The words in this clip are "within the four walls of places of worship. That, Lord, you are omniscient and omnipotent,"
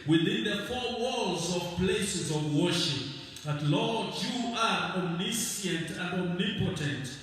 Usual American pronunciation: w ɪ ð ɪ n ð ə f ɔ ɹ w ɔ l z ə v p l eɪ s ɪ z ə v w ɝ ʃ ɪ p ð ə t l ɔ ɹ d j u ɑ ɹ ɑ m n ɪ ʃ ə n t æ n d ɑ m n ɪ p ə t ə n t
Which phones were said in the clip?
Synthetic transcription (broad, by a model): w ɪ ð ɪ n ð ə f ɔ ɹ w ɔ l z ə v p l eɪ s ɪ z ə v w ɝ ʃ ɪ p ð ə t l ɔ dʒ j u ɑ ɹ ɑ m n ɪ s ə n t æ n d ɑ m n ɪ p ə t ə n t